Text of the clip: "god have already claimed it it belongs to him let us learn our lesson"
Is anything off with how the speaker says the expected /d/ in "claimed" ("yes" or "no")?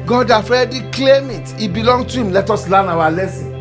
yes